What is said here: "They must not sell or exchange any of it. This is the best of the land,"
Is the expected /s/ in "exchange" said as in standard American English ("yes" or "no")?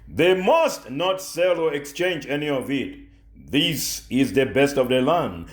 yes